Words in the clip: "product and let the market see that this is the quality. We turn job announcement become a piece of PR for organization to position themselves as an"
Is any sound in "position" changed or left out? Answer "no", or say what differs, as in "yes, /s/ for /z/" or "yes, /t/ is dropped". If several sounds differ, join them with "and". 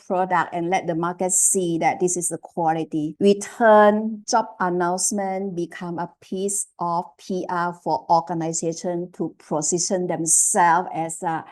yes, /s/ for /z/